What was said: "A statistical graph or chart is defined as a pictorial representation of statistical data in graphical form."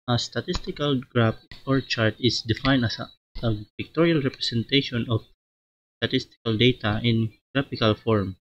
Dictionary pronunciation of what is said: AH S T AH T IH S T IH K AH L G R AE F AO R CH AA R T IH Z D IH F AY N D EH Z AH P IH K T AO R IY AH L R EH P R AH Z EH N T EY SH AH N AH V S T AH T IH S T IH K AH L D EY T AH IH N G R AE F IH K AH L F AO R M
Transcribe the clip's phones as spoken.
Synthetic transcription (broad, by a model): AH S T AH T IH S T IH K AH L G R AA P AO R CH AA R T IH S D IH F AY N AA S AH P IH K T AO R IY AH L R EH P R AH S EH N T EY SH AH N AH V S T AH T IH S T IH K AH L D EY T AH IH N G R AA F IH K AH L F AO R M